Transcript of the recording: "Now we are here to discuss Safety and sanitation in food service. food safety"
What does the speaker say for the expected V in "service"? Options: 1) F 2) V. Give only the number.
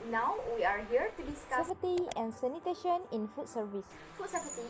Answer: 2